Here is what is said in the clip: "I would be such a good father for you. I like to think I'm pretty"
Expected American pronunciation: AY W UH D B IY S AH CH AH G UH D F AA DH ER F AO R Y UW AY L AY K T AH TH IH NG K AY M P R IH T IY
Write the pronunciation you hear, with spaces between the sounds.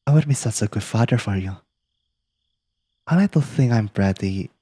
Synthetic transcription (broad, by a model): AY W UH D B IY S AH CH AH G UH D F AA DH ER F AO R Y UW AY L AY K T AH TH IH NG AY M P R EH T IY